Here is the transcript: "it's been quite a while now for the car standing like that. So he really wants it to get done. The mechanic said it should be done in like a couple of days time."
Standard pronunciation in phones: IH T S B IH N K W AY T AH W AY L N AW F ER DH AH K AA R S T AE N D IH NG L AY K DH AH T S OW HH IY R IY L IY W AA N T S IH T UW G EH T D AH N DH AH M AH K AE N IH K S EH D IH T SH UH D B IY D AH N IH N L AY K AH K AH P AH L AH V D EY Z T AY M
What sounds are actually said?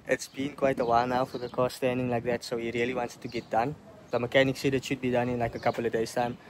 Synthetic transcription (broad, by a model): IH T S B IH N K W AY T AH W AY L N AW F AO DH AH K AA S T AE N D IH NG L AY K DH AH T S OW HH IY R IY L IY W AA N T S T UW G EH T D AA N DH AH M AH K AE N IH K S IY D IH T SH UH D B IY D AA N IH N L AY K AH K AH P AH L AH V D EY S T AY M